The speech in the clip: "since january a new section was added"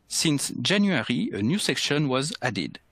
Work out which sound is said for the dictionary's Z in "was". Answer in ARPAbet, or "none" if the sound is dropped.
Z